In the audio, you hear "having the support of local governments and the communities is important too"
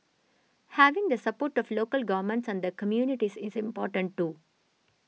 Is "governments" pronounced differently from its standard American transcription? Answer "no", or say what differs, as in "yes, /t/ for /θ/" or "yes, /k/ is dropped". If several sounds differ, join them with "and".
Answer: no